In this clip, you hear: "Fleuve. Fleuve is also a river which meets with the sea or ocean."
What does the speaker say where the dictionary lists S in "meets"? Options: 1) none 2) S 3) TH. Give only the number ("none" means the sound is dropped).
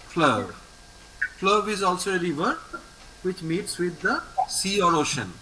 2